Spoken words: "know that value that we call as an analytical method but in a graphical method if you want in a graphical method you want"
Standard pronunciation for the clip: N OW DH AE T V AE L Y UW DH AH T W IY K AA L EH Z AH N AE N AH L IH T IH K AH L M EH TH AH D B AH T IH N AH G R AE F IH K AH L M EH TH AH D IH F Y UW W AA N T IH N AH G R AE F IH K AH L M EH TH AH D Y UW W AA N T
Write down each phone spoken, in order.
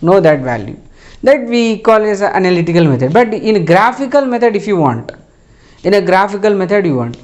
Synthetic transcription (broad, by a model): N OW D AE T V AE L Y UW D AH T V IY K AA L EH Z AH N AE N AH L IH T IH K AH L M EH T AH D B AH T IH N AH G R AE F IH K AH L M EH T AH D IH F Y UW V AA N T IH N AH G R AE F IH K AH L M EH T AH D Y UW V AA N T